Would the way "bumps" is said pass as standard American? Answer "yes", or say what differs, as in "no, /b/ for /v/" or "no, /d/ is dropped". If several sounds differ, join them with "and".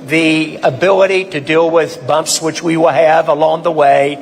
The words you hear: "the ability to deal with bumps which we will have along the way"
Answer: yes